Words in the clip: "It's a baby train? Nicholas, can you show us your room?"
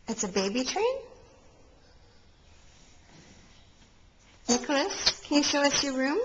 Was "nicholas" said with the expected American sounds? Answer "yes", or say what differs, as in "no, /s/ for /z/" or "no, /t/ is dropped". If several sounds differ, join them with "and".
yes